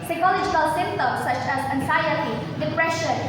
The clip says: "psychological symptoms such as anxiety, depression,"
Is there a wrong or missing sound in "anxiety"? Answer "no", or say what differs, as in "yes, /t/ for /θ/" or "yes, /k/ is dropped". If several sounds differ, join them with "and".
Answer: yes, /s/ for /z/